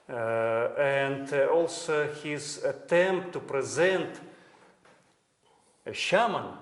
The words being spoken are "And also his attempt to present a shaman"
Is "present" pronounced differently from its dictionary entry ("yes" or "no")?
no